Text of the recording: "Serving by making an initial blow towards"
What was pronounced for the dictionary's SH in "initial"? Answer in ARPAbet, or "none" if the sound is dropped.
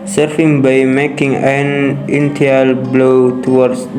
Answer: none